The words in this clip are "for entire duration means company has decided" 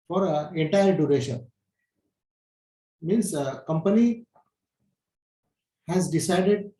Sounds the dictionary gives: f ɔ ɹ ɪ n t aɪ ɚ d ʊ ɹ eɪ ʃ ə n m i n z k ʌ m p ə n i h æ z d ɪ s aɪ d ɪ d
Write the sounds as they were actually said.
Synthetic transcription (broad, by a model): f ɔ ɹ ɪ n t aɪ ɚ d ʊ ɹ eɪ ʃ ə n m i n s k ʌ m p ə n i h æ z d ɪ s aɪ d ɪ d